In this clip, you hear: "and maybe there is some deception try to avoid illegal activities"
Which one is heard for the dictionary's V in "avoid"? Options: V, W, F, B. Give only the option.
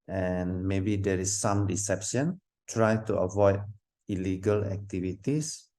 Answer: V